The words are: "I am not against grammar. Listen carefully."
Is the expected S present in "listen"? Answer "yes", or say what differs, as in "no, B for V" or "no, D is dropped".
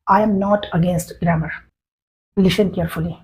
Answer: no, SH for S